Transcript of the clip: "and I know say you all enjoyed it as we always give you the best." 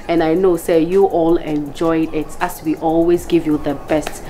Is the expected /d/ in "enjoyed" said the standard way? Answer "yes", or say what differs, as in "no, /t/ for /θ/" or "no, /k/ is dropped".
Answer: yes